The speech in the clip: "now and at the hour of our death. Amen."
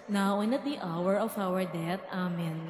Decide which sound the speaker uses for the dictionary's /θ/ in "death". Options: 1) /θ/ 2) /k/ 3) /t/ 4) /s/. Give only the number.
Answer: 3